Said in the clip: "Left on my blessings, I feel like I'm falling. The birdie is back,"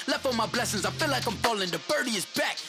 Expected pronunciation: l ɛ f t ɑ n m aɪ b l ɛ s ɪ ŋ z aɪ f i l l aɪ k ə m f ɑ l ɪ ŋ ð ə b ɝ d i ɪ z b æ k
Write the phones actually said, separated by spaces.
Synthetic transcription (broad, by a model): l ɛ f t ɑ m aɪ b l ɛ s ɪ ŋ z aɪ f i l l aɪ k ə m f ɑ l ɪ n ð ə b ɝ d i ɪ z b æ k